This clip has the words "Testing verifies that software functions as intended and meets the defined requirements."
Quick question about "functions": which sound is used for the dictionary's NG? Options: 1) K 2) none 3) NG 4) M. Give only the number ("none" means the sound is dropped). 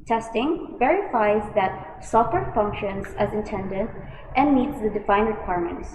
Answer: 3